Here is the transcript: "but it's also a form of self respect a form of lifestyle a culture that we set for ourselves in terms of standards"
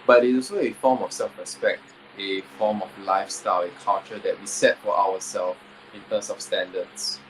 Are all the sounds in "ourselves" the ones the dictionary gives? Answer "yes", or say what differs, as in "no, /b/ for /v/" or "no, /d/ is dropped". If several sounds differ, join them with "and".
no, /w/ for /ɹ/